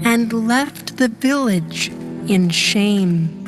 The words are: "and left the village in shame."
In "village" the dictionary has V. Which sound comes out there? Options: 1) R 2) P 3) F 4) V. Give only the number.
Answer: 4